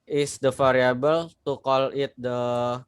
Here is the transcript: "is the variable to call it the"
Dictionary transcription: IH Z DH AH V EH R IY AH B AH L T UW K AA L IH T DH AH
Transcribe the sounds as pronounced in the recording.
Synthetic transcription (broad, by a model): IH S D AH F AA R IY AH B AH L T UW K AA L IH T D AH